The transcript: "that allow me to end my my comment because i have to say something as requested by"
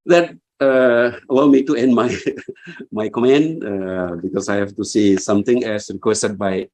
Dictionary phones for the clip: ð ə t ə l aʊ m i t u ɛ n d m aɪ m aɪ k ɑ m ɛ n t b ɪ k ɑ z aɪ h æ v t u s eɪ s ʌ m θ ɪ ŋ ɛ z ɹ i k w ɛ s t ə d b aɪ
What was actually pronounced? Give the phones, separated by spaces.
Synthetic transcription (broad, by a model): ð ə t ə l aʊ m i t u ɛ n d m aɪ m aɪ k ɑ m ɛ n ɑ b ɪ k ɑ s aɪ h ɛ f t u s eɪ s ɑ m t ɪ ŋ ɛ s ɹ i k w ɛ s t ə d b aɪ